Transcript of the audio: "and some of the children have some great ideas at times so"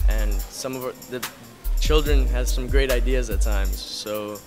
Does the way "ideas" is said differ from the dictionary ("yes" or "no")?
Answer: no